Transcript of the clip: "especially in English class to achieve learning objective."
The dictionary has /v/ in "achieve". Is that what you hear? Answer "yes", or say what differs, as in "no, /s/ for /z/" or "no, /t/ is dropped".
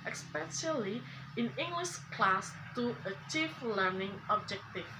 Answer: no, /f/ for /v/